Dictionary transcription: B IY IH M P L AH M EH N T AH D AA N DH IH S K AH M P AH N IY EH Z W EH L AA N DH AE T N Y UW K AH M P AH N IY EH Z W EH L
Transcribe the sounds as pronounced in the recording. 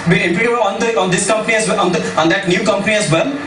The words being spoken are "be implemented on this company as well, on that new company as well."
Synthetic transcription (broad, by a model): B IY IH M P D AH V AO N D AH AA N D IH S K AH M P AH N IY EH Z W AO N AA N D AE T N Y UW K AH M P AH N IY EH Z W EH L